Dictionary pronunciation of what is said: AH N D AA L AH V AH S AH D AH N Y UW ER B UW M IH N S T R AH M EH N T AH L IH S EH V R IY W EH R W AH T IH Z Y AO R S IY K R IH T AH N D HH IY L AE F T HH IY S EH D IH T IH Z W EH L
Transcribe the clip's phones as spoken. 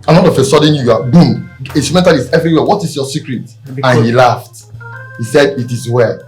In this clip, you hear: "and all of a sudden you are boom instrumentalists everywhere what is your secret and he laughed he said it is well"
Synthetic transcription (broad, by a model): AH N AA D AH F AH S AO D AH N Y UW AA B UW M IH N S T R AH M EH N T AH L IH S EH V R IY W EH W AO T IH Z Y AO S IY K R IH T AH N HH IY L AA F T HH IY S EH D IH T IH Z W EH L